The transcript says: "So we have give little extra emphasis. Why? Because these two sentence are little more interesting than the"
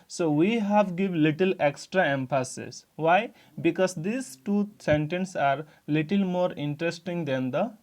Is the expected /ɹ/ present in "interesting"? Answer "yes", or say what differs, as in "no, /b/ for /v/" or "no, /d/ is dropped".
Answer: yes